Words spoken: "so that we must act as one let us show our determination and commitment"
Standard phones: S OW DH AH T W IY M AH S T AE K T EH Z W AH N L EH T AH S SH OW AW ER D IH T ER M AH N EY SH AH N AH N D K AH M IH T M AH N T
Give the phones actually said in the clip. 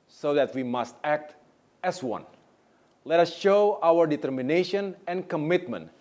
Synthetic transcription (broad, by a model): S OW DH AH T W IY M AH S T AE K T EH S W AH N L EH T AH S SH OW AW ER D IH T ER M AH N EY SH AH N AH N K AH M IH T M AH N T